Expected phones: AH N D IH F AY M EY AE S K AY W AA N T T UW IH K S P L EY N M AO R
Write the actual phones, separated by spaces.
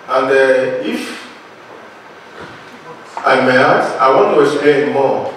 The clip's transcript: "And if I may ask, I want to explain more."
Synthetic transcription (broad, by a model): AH N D IH F AY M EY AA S AY W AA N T T UW IH K S P L EY N M AO